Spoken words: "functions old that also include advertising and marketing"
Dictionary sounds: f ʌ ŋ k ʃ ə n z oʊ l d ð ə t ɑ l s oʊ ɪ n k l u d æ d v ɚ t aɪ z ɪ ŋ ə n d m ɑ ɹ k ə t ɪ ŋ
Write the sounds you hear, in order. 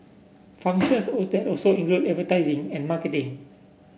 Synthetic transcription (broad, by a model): f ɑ ŋ k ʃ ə n s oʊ d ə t ɑ l s oʊ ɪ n k l u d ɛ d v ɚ t aɪ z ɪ ŋ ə n m ɑ k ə t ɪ ŋ